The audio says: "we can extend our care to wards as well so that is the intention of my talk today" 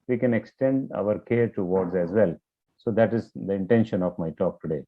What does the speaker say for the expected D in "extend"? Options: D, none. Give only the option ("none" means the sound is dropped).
D